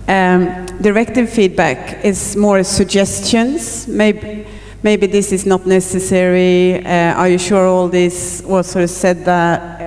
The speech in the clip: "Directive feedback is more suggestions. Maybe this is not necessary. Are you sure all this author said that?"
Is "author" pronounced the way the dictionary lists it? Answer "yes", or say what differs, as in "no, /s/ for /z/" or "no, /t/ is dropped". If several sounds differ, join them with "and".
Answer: no, /s/ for /θ/